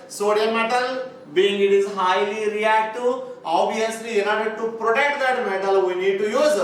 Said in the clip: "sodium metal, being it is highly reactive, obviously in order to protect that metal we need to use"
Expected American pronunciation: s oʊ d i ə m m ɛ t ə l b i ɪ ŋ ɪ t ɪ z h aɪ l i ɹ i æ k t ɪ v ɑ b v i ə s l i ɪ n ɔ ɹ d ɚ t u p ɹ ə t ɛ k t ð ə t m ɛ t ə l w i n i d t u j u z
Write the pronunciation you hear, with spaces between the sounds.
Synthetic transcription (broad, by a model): s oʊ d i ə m m ɛ t ə l b i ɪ ŋ ɪ t ɪ z h aɪ l i ɹ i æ k t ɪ ɑ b i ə s l i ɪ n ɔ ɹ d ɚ t u p ɹ ə t ɛ k t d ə t m ɛ t ə l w i n i d t u j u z